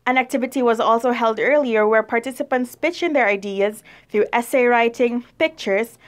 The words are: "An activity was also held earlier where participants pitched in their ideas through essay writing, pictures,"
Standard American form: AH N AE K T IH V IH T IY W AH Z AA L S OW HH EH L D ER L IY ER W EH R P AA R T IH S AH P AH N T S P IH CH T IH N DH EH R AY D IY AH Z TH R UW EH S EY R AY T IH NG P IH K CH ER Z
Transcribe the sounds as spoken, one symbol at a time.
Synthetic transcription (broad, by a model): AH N AE K T IH V IH T IY W AH Z AA L S OW HH EH L D ER L IY ER W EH R P AA R T IH S AH P AH N T S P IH CH IH N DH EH R AY D IY AH Z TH R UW EH S EY R AY T IH NG P IH K CH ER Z